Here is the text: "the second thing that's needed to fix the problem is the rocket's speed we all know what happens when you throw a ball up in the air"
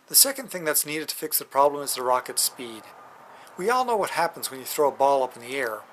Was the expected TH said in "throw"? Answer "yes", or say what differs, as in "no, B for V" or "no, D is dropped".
yes